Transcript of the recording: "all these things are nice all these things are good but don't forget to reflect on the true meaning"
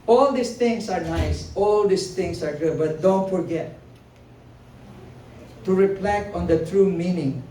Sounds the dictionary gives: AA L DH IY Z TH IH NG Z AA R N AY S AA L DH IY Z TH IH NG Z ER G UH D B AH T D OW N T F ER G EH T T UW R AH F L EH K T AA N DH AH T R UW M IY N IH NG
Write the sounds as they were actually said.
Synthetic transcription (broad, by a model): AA L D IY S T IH NG S AA R N AY S AA L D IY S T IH NG S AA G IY B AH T D OW N T F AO G EH T T UW R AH P L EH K AA N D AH T R UW M IY N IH NG